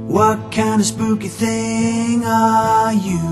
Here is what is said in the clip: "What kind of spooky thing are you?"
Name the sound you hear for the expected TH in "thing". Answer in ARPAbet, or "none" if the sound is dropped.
TH